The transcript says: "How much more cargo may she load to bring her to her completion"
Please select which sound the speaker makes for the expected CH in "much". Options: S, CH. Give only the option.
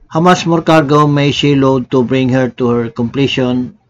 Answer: S